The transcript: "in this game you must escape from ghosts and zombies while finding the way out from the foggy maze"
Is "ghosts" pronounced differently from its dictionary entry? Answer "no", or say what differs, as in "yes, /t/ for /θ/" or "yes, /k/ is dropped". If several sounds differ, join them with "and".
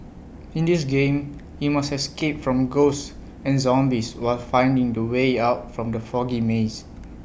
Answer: yes, /s/ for /t/